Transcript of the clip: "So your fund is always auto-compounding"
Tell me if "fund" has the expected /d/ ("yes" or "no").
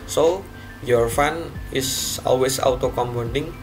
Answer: no